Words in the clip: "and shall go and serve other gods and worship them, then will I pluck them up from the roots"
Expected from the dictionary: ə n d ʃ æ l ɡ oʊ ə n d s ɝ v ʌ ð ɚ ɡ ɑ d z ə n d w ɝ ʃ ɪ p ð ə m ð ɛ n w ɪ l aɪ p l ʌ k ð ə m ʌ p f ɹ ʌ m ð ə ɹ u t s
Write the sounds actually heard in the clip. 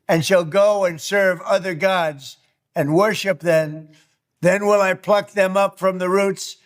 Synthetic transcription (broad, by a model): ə n ʃ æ l ɡ oʊ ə n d s ɝ v ʌ ð ɚ ɡ ɑ d z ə n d w ɝ ʃ ɪ p ð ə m ð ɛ n w ɪ l aɪ p l ʌ k ð ə m ʌ p f ɹ ʌ m ð ə ɹ u t s